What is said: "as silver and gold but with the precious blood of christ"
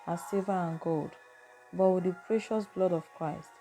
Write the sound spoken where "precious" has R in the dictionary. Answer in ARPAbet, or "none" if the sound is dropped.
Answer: R